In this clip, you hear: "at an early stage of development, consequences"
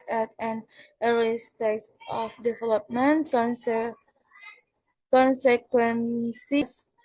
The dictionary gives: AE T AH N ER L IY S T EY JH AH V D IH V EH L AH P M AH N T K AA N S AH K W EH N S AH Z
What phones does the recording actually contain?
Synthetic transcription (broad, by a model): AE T AH N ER IY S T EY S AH F D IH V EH L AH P M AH N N K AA N S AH K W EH N S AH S